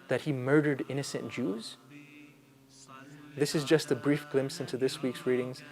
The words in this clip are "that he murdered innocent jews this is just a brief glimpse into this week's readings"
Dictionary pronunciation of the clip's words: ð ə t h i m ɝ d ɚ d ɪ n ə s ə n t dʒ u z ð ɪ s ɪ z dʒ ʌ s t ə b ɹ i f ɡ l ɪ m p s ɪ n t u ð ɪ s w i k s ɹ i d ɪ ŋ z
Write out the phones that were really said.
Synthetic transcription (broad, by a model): ð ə t h i m ɝ d ɚ d ɪ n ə s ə n dʒ u z ð ɪ s ɪ z dʒ ʌ s t ə b ɹ i f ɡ l ɪ m s ɪ n t u ð ɪ s w i k s ɹ i d ɪ ŋ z